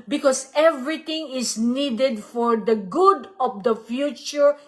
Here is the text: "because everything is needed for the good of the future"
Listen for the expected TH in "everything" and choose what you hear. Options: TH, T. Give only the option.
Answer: T